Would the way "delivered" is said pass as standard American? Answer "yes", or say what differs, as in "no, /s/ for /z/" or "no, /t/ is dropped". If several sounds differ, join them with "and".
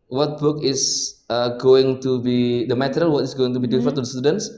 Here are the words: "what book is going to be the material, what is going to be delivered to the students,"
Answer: no, /l/ is dropped and /f/ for /v/